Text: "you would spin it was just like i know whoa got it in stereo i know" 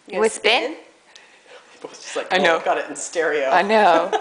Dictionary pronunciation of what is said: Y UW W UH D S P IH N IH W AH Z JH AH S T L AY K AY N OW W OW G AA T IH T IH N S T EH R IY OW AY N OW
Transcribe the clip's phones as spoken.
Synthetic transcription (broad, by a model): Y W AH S B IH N IH W AH Z JH AH S T L AY K AY N OW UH G AA T IH T N S T EH R IY OW AY N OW